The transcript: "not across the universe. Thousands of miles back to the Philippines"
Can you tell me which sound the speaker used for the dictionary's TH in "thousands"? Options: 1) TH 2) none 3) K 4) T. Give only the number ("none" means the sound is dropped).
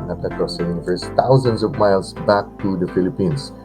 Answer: 4